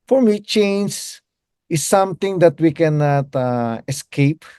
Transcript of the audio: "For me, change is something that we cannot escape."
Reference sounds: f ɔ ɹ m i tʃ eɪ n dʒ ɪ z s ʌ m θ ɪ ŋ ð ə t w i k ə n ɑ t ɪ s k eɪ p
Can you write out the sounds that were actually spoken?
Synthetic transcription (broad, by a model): f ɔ ɹ m i tʃ eɪ n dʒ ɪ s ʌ m t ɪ ŋ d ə t w i k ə n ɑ t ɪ s k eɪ p